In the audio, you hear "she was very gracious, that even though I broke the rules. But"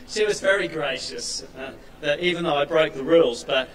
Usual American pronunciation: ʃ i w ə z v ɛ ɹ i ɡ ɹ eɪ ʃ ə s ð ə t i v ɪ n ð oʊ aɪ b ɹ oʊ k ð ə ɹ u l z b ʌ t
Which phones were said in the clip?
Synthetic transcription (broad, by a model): ʃ i w ə z v ɛ ɹ i ɡ ɹ eɪ ʃ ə s ð ə t i v ɪ n ð oʊ aɪ b ɹ oʊ k ð ə ɹ u l z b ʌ t